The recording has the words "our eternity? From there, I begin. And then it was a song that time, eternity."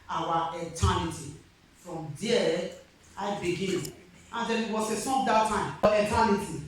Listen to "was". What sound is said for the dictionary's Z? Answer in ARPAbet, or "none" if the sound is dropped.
S